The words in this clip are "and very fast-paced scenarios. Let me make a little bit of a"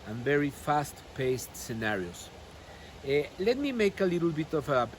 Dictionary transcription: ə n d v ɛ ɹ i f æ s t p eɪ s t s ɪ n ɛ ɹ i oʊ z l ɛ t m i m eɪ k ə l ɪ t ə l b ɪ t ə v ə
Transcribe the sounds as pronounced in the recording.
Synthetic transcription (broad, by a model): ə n v ɛ ɹ i f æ s t p eɪ s t s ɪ n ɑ ɹ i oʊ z l ɛ t m i m eɪ k ə l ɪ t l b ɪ t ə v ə